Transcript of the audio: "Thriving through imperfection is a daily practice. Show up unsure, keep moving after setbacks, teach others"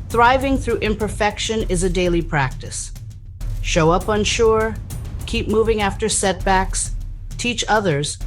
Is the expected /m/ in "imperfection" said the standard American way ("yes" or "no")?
yes